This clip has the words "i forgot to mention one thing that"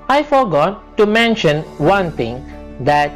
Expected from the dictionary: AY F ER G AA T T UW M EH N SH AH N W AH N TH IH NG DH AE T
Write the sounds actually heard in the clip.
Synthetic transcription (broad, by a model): AY F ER G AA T T UW M EH N SH AH N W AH N T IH NG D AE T